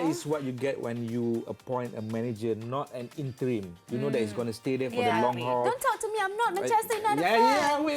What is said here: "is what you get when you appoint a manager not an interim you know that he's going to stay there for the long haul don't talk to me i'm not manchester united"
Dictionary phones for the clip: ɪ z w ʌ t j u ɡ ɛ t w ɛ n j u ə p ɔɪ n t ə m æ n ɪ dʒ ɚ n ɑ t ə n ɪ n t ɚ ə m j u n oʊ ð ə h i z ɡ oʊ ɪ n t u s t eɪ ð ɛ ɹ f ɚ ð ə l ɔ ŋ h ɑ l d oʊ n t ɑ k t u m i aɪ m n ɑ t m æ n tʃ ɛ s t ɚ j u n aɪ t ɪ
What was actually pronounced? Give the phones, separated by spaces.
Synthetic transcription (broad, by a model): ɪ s w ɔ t j u ɡ ɛ t w ɛ n j u ə p ɔɪ n t ə m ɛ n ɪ dʒ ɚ n ɑ t ə n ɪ n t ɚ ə m j u n oʊ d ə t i s ɡ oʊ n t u s t eɪ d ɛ f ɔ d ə l ɔ ŋ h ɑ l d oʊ n t ɑ k t u m i aɪ m n ɑ t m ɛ tʃ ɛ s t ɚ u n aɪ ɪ